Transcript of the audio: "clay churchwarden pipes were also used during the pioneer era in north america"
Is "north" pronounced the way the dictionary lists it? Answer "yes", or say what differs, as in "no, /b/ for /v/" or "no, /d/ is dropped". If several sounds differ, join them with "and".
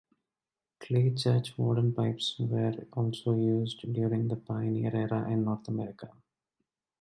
no, /t/ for /θ/